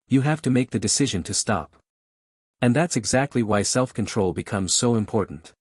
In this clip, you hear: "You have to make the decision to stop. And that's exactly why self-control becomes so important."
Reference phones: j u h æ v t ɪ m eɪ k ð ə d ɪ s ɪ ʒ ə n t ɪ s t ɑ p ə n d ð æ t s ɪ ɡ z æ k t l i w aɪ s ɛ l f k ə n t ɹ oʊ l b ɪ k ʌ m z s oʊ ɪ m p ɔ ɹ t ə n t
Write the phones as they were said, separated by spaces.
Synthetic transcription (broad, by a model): j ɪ h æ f t ɪ m eɪ k ð ə d ɪ s ɪ ʒ ə n t ɪ s t ɑ p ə n ð æ t s ɪ ɡ z æ k t l i w aɪ s ɛ l f k ə n t ɹ oʊ l b ɪ k ʌ m z s oʊ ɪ m p ɔ ɹ t n t